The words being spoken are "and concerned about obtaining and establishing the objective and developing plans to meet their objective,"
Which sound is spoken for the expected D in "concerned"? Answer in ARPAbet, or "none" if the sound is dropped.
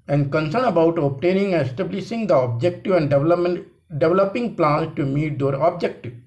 none